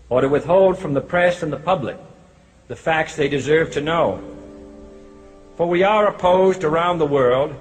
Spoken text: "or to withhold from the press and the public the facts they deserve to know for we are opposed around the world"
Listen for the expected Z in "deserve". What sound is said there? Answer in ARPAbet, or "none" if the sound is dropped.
Z